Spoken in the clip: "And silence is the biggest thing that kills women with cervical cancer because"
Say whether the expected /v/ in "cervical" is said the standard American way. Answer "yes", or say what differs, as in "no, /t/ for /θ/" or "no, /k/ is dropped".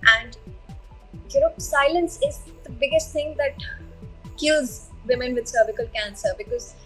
no, /b/ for /v/